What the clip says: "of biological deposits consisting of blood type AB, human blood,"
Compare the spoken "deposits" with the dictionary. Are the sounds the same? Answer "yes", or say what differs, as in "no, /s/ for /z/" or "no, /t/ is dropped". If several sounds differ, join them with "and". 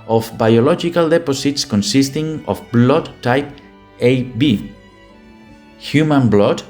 no, /s/ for /z/